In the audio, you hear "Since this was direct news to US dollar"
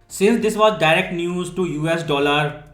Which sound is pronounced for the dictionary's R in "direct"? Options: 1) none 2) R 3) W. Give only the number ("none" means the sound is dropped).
2